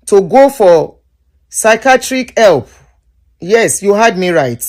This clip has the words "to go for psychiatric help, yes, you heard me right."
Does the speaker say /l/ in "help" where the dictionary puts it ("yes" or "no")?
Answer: yes